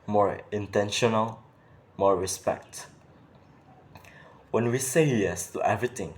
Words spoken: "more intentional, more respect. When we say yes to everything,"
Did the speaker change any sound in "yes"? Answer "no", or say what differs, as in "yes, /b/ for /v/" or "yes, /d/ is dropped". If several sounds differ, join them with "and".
no